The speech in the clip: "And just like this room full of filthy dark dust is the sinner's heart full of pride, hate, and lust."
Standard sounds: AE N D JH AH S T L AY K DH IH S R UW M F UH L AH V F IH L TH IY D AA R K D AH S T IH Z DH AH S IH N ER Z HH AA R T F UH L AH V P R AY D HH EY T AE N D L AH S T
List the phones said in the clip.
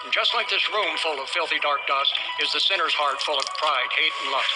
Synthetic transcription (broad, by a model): N JH AH S T L AY K DH IH S R UW M F UH L AH V F IH L TH IY D AA R K D AH S T IH Z DH AH S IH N ER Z HH AA R T F UH L AH V P R AY D HH EY T N L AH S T